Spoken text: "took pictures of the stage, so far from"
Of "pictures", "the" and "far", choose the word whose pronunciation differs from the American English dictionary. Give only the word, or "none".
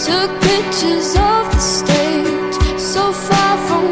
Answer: pictures